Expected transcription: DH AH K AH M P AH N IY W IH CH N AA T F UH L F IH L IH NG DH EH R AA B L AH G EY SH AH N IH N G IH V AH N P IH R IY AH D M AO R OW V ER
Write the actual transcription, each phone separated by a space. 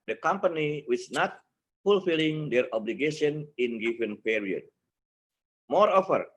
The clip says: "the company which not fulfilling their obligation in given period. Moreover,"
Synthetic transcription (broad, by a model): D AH K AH M P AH N IY W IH S N AA T F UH L F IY L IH NG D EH R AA B L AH G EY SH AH N IH N G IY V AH N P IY R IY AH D M AO R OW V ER